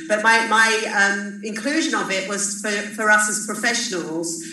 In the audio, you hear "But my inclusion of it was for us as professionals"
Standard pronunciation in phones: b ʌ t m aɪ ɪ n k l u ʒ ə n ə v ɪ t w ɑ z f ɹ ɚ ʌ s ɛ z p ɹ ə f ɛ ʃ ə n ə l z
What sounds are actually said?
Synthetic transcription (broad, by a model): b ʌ t m aɪ ɪ n k l u ʒ ə n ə b ɪ t w ɑ z f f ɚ ʌ s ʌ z p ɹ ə f ɛ ʃ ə n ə l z